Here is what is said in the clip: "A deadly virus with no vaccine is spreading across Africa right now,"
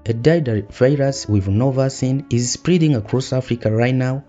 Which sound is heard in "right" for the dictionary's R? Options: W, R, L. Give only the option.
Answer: R